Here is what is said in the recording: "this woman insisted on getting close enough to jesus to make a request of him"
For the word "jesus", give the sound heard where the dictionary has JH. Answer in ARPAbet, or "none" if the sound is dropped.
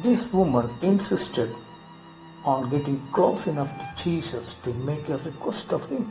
CH